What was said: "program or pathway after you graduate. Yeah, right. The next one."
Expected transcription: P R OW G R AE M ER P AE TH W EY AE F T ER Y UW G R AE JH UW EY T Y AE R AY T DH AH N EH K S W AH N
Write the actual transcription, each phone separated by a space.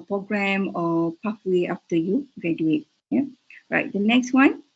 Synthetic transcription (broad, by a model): P R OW G R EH M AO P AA F W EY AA F T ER Y UW G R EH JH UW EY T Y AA R AY T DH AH N EH K S W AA N